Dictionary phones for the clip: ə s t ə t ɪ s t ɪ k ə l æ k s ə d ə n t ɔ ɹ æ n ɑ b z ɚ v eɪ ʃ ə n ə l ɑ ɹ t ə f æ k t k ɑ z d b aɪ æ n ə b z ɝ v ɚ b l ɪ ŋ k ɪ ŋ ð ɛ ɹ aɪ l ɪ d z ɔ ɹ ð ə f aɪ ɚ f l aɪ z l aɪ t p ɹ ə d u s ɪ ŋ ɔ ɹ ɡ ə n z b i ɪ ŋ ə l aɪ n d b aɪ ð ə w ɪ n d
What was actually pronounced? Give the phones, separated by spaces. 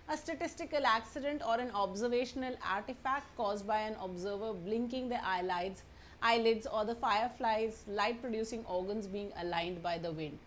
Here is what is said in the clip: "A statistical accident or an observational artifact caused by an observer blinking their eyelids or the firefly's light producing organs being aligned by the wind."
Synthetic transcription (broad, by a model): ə s t ə t ɪ s t ɪ k ə l æ k s ə d ə n t ɔ ɹ æ n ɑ b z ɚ v eɪ ʃ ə n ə l ɑ ɹ t ə f æ k t k ɑ z d b aɪ æ n ə b z ɝ v ɚ b l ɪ ŋ k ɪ ŋ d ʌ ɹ aɪ l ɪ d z ɔ ɹ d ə f aɪ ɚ f l aɪ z l aɪ t p ɹ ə d u s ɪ ŋ ɔ ɹ ɡ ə n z b i ɪ ŋ ə l aɪ n d b aɪ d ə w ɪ n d